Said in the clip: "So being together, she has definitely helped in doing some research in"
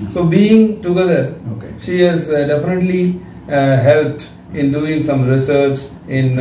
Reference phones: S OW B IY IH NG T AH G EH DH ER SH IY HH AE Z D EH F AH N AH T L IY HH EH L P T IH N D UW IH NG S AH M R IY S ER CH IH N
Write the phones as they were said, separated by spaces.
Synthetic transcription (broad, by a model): S OW B IY IH NG T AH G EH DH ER SH IY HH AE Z D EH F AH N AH T L IY HH EH L P T IH N D UW IH NG S AH M R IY S ER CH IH N